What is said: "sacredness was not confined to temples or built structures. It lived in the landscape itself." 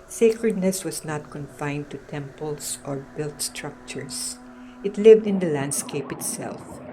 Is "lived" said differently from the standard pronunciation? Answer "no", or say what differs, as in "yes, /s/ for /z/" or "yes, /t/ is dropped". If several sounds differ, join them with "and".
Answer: no